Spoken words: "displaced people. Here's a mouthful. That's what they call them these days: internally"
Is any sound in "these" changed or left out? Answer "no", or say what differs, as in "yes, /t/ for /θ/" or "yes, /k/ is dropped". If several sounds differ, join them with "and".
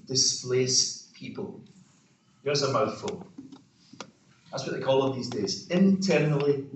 no